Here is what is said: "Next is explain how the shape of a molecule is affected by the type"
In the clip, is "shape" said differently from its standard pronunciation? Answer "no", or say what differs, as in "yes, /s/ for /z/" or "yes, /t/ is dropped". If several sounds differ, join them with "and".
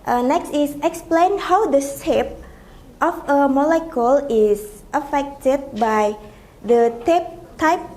yes, /s/ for /ʃ/